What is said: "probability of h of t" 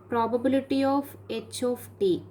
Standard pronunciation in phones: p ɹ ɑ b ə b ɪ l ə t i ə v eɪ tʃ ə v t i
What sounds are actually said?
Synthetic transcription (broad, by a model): p ɹ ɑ b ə b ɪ l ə t i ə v eɪ tʃ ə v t i